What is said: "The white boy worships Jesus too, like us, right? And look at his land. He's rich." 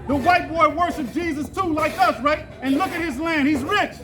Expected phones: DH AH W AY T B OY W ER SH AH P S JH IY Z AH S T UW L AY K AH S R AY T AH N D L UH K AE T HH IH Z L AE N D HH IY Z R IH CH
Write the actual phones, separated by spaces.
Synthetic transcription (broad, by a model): DH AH W AY T B OY W ER SH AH P JH IY Z AH S T UW L AY K AH S R AY T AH N L UH K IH T HH IH Z L AE N D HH IY Z R IH CH